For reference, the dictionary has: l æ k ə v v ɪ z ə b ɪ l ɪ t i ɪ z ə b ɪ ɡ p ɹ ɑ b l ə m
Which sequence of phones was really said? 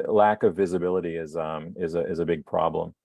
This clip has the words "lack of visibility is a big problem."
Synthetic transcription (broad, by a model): l æ k ə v v ɪ z ə b ɪ l ɪ t i ɪ z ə b ɪ ɡ p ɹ ɑ b l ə m